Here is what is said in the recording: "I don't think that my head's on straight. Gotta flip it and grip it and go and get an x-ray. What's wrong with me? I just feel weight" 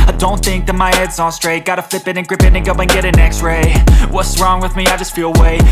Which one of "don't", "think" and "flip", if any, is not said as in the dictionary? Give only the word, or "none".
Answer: none